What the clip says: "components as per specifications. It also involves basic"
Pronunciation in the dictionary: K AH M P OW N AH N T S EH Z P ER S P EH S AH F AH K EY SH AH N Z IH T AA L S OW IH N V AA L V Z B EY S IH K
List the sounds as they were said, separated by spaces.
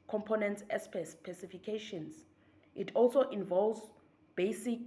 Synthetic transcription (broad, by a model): K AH M P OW N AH N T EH S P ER S P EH S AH F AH K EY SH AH N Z IH T AA L S OW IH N V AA L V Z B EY S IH K